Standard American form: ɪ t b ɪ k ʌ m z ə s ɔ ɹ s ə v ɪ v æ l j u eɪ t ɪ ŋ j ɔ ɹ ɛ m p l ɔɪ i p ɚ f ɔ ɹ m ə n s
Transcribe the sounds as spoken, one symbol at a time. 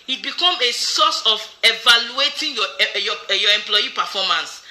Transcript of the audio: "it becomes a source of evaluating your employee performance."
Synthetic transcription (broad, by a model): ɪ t b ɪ k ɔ m ə s ɔ s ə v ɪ v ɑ l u eɪ t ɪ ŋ j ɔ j ɛ m p l ɔɪ i p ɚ f ɔ m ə n s